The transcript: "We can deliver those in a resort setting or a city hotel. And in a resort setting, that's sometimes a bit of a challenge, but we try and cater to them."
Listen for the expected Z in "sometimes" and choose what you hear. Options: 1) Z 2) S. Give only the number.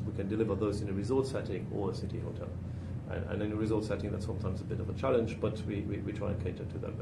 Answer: 1